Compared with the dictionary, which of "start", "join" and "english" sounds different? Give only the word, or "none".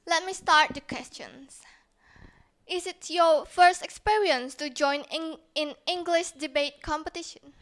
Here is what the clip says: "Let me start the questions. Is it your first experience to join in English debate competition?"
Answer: none